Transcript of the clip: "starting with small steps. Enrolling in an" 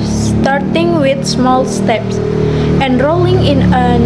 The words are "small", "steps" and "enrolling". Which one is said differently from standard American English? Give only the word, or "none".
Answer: none